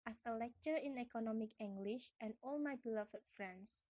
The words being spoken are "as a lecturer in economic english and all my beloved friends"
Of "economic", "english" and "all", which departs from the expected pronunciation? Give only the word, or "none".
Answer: none